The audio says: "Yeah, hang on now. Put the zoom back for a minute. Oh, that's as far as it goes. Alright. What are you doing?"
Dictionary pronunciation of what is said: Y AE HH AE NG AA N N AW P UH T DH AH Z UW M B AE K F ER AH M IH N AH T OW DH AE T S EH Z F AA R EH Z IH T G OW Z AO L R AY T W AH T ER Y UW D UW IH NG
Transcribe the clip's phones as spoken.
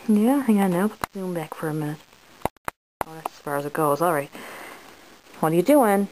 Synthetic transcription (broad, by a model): Y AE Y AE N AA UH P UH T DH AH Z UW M B AE K F ER AH M IH N AH T OW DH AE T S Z F AA R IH Z IH T G OW Z AO L R AY T W AH T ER Y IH D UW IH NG